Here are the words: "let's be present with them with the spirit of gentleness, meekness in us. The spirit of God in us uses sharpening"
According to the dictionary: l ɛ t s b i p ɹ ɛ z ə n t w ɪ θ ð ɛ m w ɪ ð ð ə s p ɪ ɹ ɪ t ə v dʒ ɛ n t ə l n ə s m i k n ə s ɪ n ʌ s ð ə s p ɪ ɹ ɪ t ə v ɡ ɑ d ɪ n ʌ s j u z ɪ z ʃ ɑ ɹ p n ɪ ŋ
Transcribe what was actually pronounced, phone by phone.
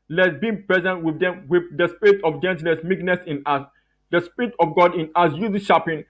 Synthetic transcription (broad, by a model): l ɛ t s b i p ɹ ɛ z ə n t w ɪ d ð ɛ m w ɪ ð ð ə s p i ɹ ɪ t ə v dʒ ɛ n t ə n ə s m i k n ə s ɪ n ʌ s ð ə s p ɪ ɹ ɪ t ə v ɡ ɑ d ɪ n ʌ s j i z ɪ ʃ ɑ p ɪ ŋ